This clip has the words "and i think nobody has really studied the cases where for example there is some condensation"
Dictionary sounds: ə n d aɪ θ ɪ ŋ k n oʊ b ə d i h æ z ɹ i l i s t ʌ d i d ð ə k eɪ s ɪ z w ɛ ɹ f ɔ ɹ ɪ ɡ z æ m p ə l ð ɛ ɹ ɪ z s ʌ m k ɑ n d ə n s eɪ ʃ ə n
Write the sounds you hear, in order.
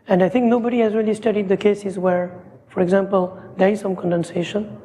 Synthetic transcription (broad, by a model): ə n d aɪ t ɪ ŋ k n oʊ b ə d i h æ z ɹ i l i s t ʌ d i d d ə k eɪ s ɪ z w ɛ ɹ f ɔ ɹ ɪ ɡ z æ m p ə l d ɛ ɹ ɪ z s ʌ m k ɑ n d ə n s eɪ ʃ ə n